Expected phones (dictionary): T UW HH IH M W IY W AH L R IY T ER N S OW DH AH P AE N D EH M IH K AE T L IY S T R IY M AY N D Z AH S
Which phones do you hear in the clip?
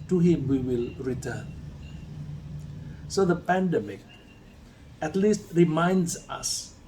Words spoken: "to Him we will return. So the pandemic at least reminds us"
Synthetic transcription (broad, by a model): T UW HH IH M W IY W AH L R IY T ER N S OW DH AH P AE N D EH M IH K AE T L IY S T R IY M AY N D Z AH S